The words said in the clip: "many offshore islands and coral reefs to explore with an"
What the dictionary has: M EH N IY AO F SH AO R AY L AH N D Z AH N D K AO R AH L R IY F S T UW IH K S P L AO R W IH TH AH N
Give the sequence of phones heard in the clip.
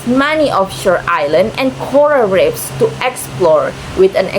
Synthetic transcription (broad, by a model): M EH N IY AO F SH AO R AY L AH N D AH N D K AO R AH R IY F S T UW IH K S P L AO R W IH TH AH N